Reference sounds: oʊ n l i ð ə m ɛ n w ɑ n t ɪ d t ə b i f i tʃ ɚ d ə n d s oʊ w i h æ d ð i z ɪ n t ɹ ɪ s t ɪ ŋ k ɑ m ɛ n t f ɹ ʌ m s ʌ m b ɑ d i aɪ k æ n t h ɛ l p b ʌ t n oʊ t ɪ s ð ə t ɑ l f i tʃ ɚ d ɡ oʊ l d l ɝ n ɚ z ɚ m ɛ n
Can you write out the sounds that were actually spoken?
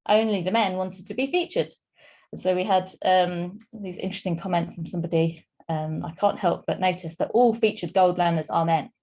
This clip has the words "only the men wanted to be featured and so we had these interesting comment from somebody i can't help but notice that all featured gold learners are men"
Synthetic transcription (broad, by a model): oʊ n l i ð ə m ɛ n w ɑ n t ɪ d t ə b i f i tʃ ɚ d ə n s oʊ w i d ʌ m ð i z ɪ n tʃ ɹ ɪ s t ɪ ŋ k ɑ m ɛ n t f ɹ ʌ m s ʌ m b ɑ d i aɪ k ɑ n t h ɛ l p b ʌ t n oʊ t ɪ s ð ə t ɑ l f i tʃ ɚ d ɡ oʊ l d l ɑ n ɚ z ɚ m ɛ n